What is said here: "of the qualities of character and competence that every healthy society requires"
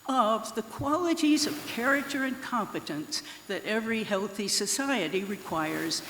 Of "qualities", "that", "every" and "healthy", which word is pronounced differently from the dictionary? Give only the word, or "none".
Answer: none